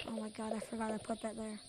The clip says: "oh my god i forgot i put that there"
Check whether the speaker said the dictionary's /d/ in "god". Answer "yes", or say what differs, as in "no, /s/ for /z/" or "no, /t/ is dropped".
yes